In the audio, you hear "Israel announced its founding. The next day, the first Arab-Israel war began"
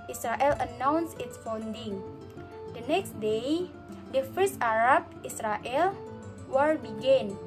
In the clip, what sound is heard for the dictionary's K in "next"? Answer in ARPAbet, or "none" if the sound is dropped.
K